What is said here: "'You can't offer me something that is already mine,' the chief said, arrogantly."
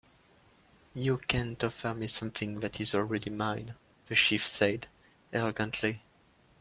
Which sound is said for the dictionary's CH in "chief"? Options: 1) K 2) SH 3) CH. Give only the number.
2